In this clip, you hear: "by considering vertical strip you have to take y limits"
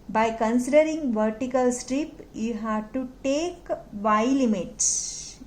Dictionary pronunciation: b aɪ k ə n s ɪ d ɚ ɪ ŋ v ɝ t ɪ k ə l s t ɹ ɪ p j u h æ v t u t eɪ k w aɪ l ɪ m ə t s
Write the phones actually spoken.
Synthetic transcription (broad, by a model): b aɪ k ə n s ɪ d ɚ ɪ ŋ v ɝ t ɪ k ə l s t ɹ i p j u h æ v t u t eɪ k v aɪ l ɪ m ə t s